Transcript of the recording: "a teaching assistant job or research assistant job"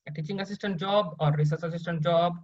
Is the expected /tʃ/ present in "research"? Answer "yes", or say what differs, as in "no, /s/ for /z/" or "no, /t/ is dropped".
no, /s/ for /tʃ/